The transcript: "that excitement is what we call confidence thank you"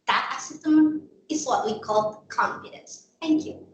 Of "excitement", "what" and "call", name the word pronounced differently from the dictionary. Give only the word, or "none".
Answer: excitement